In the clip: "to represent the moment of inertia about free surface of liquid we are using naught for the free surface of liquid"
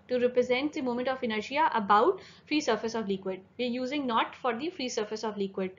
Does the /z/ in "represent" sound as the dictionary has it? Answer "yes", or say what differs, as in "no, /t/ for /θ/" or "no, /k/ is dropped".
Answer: yes